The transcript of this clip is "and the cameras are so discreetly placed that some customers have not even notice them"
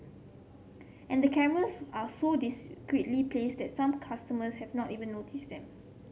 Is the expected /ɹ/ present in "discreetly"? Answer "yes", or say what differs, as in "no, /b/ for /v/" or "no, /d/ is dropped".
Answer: no, /w/ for /ɹ/